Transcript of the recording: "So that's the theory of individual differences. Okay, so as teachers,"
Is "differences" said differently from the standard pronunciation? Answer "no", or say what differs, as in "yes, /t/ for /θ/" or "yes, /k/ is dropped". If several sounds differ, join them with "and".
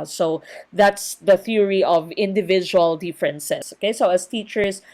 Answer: yes, /s/ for /z/